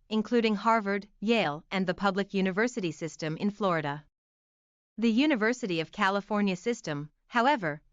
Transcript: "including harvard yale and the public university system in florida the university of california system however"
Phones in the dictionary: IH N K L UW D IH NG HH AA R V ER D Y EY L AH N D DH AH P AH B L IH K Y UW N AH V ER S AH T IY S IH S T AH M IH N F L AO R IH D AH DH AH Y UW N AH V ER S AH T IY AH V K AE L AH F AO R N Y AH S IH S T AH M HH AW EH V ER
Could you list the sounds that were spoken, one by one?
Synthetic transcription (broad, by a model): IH N K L UW D IH NG HH AA R V ER D Y EY L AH N DH AH P AH B L IH K Y UW N AH V ER S AH T IY S IH S T AH M IH N F L AO R IH D AH DH AH Y UW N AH V ER S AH T IY AH V K AE L AH F AO R N Y AH S IH S T AH M HH AW EH V ER